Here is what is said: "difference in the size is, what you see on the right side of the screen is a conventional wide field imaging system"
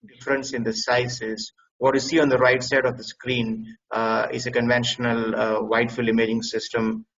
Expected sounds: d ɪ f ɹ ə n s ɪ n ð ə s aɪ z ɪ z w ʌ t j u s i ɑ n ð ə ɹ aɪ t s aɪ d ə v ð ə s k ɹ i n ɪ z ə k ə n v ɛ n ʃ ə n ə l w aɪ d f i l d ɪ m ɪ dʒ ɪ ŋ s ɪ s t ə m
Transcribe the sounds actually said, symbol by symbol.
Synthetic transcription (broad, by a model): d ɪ f ɹ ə n s ɪ n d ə s aɪ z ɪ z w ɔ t j u s i ɑ n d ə ɹ aɪ t s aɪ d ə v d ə s k ɹ i n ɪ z ə k ə n v ɛ n ʃ ə n ə l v aɪ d f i l ɪ m ɪ dʒ ɪ ŋ s ɪ s t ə m